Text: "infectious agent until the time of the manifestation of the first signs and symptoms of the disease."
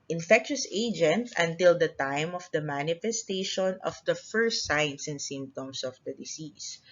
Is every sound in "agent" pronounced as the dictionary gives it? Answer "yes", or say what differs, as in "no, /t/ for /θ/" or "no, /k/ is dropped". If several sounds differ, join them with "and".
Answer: yes